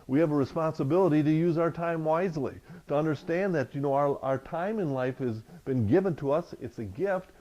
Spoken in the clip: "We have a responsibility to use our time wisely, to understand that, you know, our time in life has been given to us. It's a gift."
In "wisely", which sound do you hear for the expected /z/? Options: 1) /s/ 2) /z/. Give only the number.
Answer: 2